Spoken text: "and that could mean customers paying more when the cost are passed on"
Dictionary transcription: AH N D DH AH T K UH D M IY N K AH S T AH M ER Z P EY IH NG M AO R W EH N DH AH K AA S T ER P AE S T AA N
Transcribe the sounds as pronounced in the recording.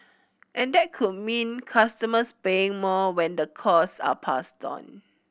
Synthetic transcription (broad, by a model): AH N D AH T K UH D M IY N K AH S T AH M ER S P EY IH NG M AO W EH N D AH K AA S AA P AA S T AA N